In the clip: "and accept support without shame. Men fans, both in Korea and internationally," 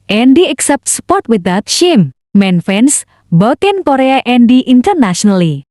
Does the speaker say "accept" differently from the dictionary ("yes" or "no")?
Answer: no